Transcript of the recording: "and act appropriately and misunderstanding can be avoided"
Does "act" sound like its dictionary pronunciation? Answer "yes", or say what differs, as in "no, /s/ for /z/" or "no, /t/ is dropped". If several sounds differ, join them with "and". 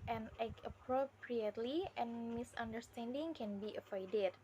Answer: no, /t/ is dropped